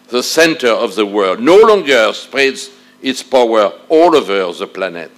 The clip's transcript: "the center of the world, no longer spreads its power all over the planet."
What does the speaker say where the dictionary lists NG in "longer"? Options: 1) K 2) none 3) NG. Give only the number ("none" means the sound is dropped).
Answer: 3